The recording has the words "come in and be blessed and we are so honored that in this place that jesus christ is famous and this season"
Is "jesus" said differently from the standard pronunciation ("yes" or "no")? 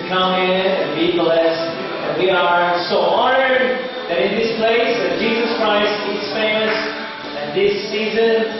no